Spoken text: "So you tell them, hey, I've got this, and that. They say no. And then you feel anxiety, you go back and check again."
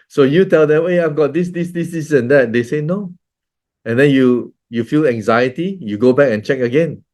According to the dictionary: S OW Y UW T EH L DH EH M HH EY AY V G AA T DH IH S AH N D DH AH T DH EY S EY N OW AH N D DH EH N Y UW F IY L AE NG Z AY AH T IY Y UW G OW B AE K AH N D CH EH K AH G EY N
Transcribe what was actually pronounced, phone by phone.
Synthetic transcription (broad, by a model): S OW Y UW T EH L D EH M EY AY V G AA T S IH S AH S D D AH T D EY S EY N OW AH N D EH N Y UW F IY L AE NG Z AY AH T IY Y UW G OW B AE K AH N CH EH K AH G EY N